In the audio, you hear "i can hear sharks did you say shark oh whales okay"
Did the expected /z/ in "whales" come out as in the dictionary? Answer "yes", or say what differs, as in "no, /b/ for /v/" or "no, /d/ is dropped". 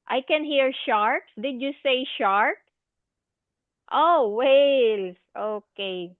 no, /s/ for /z/